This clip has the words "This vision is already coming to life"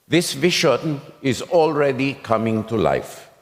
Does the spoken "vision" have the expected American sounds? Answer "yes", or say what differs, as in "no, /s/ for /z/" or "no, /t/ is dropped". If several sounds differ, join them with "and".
no, /ʃ/ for /ʒ/